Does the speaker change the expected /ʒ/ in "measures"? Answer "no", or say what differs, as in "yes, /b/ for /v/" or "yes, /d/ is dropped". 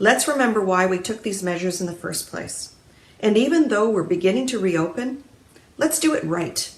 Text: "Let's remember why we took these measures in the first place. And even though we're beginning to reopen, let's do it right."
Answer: no